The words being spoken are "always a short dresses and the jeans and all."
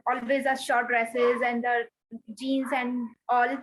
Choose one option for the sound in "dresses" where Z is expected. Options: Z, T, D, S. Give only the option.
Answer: Z